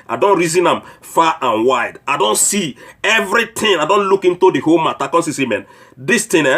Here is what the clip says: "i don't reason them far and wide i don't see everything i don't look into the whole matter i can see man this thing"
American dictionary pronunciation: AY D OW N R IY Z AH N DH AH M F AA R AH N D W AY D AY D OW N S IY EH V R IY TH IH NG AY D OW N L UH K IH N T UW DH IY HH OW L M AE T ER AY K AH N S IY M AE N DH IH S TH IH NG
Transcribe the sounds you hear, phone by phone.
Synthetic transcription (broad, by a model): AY D OW N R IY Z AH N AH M F AA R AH N W AY D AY D OW N S IY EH V R IY T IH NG AY D OW N L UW K IH N T UW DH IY HH OW L M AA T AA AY K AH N S IY M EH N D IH S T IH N